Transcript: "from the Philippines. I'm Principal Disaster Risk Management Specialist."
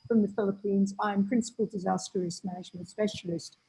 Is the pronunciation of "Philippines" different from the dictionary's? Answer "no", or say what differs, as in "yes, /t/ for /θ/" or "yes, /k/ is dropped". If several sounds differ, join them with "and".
no